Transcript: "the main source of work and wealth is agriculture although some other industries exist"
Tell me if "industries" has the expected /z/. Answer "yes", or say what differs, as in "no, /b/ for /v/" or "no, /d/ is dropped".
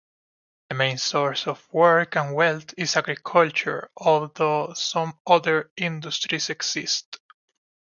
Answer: no, /s/ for /z/